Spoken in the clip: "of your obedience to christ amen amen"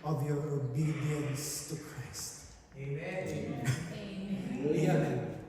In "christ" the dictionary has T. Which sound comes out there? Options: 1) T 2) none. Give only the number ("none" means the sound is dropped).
2